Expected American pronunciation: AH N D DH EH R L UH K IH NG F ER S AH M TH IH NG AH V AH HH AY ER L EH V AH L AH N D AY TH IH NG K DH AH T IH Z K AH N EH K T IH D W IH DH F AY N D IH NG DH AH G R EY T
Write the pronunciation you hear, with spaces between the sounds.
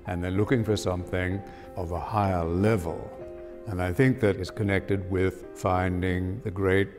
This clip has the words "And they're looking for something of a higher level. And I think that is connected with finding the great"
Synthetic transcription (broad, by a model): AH N DH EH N L UH K IH NG F ER S AH M TH IH NG AH V AH HH AY ER L EH V AH L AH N AY TH IH NG K DH AH T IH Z K AH N EH K T IH D W IH DH F AY N D IH NG DH AH G R EY T